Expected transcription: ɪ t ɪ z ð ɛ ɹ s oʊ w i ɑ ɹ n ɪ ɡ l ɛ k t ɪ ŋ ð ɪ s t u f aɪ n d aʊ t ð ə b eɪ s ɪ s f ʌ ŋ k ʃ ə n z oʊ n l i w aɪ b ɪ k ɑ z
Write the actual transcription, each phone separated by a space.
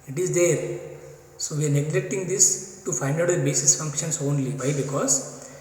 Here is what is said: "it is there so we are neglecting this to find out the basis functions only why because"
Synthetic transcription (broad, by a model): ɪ t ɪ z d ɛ ɹ s oʊ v i ɑ ɹ n ɪ ɡ l ɛ k t ɪ ŋ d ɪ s t u f aɪ n d aʊ t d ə b eɪ s ɪ s f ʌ ŋ k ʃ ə n s oʊ n l i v aɪ b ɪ k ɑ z